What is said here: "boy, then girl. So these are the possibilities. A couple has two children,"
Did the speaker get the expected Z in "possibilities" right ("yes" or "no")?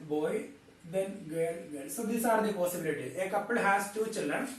no